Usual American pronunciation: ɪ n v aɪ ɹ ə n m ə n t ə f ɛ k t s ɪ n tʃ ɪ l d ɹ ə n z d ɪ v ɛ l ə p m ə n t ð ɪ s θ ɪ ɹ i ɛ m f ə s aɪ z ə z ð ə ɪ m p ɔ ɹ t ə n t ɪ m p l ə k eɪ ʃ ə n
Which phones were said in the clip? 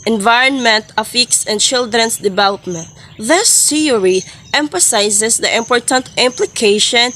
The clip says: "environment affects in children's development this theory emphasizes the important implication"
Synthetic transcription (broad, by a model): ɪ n v aɪ ɹ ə n m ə n t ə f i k s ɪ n tʃ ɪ l d ɹ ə n s d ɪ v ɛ l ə p m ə n t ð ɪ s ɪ ɹ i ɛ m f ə s aɪ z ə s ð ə ɪ m p ɔ ɹ t ə n t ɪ m p l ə k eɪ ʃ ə n